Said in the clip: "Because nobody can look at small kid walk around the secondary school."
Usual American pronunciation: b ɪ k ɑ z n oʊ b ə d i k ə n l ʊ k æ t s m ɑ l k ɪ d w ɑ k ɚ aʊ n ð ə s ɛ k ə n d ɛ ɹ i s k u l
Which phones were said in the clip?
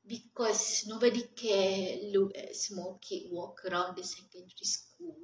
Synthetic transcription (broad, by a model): b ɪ k ɑ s n oʊ b ə d i k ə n l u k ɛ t s m ɑ l k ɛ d w ɑ k ɚ aʊ n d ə s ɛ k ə n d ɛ ɹ i s k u l